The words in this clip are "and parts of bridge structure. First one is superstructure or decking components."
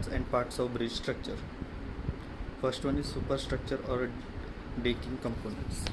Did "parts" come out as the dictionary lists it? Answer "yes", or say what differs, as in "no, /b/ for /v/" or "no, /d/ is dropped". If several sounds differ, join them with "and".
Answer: yes